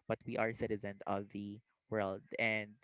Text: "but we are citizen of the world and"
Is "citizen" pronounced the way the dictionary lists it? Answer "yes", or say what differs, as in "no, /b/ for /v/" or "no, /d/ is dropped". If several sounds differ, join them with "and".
yes